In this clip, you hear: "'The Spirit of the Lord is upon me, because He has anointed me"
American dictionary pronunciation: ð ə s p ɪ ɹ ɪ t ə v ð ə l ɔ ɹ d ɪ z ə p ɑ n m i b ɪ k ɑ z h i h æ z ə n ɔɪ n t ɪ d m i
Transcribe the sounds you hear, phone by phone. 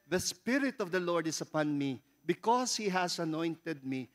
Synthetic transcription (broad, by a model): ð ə s p ɪ ɹ ɪ t ə v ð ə l ɔ ɹ d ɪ s ə p ɑ n m i b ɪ k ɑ s h i h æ s ə n ɔɪ n t ɪ d m i